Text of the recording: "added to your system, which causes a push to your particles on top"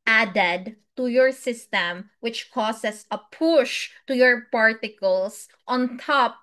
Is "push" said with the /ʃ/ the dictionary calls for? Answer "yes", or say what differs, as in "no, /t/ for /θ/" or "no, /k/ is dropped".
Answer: yes